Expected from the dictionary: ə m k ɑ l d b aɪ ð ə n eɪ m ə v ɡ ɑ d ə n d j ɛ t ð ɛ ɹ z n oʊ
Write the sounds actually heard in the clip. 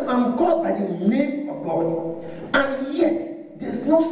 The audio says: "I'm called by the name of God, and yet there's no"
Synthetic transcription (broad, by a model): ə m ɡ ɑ d b aɪ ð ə n eɪ m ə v ɡ ɑ d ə n j ɛ t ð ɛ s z n oʊ